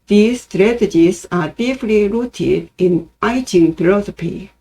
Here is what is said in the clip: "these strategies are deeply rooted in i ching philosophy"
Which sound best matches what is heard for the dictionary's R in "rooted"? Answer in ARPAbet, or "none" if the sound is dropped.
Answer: R